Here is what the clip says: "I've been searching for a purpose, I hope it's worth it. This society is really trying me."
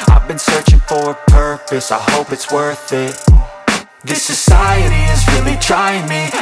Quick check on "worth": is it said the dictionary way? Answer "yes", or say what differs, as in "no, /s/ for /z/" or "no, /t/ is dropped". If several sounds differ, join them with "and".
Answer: yes